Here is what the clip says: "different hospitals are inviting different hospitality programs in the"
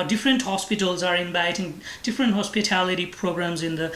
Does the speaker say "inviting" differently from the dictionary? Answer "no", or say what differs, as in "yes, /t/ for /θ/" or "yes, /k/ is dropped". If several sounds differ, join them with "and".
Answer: yes, /b/ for /v/